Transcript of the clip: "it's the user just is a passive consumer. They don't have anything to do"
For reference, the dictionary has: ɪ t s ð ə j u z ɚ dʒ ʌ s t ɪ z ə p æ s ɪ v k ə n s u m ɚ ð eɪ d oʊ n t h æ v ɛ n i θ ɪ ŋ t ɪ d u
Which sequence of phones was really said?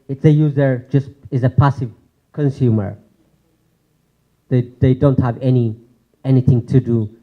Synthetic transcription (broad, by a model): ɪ t s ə j u z ɚ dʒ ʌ s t ɪ z ə p æ s ɪ v k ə n s u m ɚ ð eɪ d oʊ n t h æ v ɛ n i θ ɪ ŋ t ɪ d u